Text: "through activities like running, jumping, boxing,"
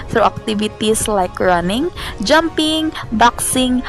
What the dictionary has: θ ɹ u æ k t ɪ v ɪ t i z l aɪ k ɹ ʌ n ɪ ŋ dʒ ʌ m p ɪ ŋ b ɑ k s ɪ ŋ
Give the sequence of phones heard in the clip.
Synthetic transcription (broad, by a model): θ ɹ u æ k t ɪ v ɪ t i s l aɪ k ɹ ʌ n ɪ ŋ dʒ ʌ m p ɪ ŋ b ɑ k s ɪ ŋ